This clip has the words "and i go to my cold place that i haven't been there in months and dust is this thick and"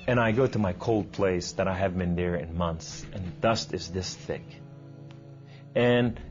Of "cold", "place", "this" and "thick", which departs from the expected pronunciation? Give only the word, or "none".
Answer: none